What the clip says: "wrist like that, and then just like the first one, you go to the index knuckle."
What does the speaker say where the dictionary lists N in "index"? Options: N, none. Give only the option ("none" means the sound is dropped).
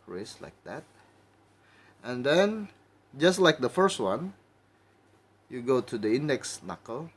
N